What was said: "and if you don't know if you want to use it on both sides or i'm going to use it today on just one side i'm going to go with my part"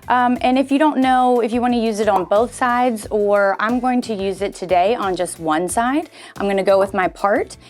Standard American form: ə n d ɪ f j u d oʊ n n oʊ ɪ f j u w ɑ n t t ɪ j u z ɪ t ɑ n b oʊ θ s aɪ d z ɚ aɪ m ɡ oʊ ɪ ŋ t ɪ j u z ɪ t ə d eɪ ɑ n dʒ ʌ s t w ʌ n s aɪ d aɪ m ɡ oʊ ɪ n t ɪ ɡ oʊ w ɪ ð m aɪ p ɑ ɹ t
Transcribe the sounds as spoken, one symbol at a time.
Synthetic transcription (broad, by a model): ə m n ɪ f j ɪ d oʊ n n oʊ ɪ f j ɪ w ɑ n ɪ j u z ɪ t n b oʊ θ s aɪ d z ɚ aɪ m ɡ oʊ ɪ ŋ t ɪ j u z ɪ t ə d eɪ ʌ n dʒ ʌ s t w ʌ n s aɪ d aɪ m ɡ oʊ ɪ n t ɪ ɡ oʊ w ɪ ð m aɪ p ɑ ɹ t